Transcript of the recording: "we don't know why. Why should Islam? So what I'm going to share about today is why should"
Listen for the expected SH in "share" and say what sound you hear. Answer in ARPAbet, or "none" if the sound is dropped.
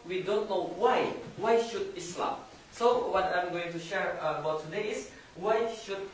SH